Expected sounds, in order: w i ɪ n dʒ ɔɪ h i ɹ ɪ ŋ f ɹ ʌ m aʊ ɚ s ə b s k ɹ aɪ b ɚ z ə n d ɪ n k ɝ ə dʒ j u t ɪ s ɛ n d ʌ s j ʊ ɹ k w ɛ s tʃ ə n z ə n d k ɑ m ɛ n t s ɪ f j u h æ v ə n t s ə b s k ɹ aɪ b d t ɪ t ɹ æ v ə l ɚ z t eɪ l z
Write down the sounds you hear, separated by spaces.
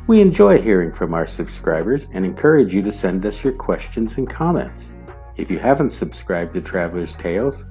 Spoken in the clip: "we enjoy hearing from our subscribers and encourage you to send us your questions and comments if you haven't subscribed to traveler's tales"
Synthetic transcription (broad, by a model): w i ɪ n dʒ ɔɪ h i ɹ ɪ ŋ f ɹ ʌ m aʊ ɚ s ə b s k ɹ aɪ b ɚ z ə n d ɪ n k ɝ ə dʒ j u t ɪ s ɛ n d ʌ s j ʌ ɹ k w ɛ s tʃ ə n z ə n k ɑ m ɛ n t s ɪ f j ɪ h æ v ə n t s ə b s k ɹ aɪ b d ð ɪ t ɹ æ v l ɚ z t eɪ l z